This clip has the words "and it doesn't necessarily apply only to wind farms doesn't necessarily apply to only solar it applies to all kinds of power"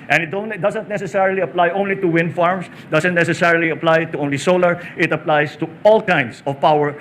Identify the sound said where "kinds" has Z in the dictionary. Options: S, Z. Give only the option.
S